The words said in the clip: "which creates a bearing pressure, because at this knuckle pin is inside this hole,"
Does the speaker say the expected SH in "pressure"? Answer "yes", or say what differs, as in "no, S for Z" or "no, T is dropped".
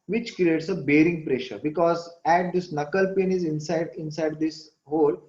yes